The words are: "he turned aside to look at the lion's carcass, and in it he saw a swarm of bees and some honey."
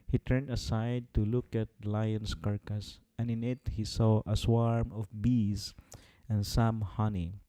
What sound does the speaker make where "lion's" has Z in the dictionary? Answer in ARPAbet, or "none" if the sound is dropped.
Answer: S